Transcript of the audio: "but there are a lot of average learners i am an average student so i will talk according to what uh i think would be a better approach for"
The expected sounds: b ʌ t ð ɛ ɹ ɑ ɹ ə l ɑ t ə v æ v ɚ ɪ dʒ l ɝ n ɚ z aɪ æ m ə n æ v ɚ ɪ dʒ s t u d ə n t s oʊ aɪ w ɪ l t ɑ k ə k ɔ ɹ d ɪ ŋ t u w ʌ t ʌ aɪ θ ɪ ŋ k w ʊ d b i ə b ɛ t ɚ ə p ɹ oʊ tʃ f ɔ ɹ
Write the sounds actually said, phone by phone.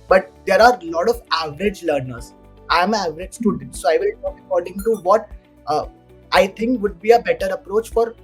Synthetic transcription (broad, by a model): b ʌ t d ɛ ɹ ɑ ɹ l ɑ t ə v æ v ɚ ɪ dʒ l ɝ n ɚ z aɪ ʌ m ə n æ v ɚ ɪ dʒ s t u d ə n t s oʊ aɪ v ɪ l t ɑ k ə k ɔ ɹ d ɪ ŋ t u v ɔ t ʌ aɪ t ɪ ŋ k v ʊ d b i ə b ɛ t ɚ ə p ɹ oʊ tʃ f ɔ ɹ